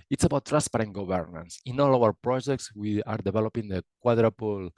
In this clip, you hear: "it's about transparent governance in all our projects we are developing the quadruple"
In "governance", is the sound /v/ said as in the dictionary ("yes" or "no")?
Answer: no